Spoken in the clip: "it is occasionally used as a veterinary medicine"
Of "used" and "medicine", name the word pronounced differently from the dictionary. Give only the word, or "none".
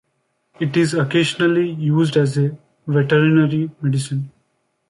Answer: none